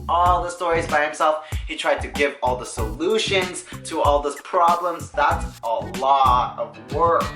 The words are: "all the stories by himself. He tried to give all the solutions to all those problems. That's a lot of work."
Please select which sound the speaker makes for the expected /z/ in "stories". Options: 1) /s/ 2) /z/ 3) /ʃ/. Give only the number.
2